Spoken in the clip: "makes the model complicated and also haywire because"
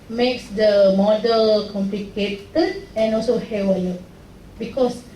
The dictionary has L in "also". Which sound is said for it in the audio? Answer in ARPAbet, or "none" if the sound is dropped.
L